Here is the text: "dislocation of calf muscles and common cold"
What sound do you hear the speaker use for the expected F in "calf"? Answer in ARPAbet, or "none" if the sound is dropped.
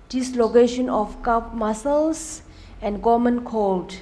P